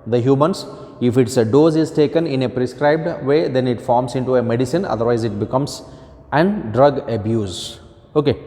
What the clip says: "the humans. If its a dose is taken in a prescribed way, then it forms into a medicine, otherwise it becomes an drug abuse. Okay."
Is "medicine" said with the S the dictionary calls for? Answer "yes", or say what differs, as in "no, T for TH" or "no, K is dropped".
yes